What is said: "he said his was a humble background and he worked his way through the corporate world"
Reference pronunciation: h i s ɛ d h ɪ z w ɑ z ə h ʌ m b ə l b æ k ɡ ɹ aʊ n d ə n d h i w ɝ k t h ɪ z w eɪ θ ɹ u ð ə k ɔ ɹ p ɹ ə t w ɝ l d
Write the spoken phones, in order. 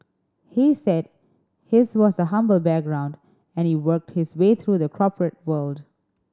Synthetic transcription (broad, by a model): h i s ɛ d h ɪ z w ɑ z ə h ʌ m b ə l b æ k ɡ ɹ aʊ n d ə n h i w ɝ k t h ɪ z w eɪ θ ɹ u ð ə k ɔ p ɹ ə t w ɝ l d